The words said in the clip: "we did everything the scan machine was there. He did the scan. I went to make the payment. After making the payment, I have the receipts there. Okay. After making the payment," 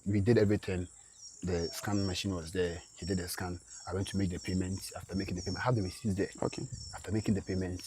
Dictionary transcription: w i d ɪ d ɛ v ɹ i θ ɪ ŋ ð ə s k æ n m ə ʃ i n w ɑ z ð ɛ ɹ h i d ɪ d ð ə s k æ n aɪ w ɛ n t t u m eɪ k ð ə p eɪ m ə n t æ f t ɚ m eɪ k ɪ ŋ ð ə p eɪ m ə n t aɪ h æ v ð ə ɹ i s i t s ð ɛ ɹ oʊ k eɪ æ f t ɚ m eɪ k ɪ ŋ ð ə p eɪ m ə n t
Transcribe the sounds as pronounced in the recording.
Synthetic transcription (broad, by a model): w i d ɪ d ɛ v ɹ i t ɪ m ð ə s k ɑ n m ə ʃ i n w ɑ z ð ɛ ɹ h i d ɪ d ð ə s k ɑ n aɪ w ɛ n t t u m eɪ k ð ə p eɪ m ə n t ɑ f t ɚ m eɪ k ɪ ŋ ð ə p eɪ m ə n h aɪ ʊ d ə w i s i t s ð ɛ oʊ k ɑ f t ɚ m eɪ k ɪ ŋ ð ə p eɪ m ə n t